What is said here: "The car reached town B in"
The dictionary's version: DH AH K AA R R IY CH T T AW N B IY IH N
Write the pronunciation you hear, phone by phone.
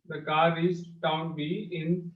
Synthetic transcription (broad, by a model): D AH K AA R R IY S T T AW N B IY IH N